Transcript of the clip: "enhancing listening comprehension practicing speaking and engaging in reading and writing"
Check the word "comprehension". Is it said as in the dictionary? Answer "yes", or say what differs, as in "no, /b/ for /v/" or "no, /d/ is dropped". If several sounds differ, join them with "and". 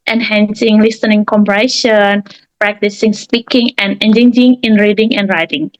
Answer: no, /ɹ/ is dropped and /n/ is dropped